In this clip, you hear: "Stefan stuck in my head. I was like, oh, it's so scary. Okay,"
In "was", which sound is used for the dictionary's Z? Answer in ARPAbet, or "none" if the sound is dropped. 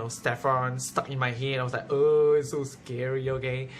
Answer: S